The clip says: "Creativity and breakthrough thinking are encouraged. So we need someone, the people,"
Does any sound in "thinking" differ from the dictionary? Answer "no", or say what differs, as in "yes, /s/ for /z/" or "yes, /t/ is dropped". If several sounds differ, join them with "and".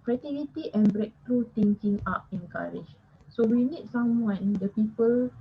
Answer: yes, /t/ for /θ/